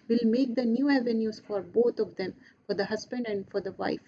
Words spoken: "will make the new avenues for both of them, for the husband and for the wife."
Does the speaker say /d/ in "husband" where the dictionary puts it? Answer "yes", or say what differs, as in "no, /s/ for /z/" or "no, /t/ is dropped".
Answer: yes